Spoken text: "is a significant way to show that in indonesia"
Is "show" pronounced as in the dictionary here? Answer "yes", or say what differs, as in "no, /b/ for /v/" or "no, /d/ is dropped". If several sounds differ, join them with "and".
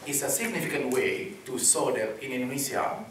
no, /s/ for /ʃ/